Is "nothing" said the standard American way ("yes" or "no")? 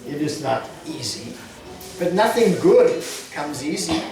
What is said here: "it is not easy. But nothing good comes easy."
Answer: yes